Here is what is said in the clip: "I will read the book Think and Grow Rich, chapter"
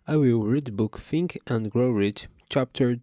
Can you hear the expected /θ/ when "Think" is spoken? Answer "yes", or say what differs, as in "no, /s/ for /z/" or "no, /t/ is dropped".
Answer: no, /f/ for /θ/